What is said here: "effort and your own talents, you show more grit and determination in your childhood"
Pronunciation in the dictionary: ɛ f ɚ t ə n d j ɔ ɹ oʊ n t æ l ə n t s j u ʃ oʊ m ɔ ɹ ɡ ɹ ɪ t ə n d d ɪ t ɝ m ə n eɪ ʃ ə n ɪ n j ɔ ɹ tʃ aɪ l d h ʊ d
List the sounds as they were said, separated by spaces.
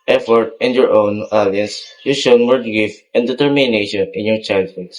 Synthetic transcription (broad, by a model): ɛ f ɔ t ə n j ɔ ɹ oʊ n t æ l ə n s j u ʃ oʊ m ɔ ɹ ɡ ɪ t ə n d d ɪ t ɝ m ə n eɪ ʃ ə n ɪ n j ɔ ɹ tʃ aɪ l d h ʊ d